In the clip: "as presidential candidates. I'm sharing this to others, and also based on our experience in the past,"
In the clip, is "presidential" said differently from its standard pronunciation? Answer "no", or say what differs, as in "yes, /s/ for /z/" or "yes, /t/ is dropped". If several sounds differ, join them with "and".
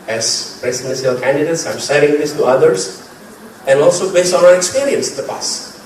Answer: yes, /s/ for /z/ and /s/ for /ʃ/